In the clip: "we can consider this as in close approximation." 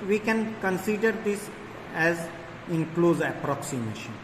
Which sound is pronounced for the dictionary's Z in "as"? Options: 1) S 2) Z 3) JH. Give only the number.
2